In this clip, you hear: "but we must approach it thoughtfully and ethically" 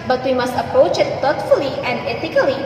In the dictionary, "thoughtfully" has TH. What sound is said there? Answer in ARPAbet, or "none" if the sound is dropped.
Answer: T